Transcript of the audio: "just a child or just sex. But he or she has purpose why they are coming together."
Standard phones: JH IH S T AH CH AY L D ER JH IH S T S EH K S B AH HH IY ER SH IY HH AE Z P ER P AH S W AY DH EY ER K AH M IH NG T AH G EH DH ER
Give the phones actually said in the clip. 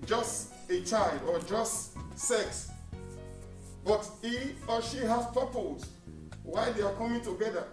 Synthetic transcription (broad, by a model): JH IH S T AH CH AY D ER JH IH S T S EH K S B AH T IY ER SH IY HH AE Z P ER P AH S W AY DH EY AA K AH M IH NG T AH G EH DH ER